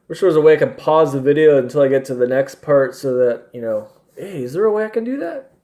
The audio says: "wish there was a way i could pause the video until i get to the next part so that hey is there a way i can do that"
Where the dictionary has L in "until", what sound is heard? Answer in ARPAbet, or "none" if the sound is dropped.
L